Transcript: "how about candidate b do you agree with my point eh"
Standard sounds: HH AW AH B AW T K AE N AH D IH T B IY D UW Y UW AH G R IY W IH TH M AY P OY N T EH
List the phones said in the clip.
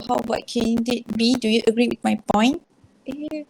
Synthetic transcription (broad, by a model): HH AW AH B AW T K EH N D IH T B IY D UW Y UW AH G R IY W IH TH M AY P OY N T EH